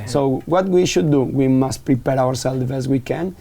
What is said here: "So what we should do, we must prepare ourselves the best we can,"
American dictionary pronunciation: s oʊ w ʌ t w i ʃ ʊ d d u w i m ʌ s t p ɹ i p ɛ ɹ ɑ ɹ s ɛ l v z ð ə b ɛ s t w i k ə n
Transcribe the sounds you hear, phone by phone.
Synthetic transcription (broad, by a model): s oʊ w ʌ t w i ʃ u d d u w i m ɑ s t p ɹ i p ɛ ɹ ɑ ɹ s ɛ l z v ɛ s w i k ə n